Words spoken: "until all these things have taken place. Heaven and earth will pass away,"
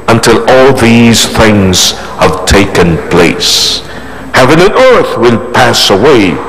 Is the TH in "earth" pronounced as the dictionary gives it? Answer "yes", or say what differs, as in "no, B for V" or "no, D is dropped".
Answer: yes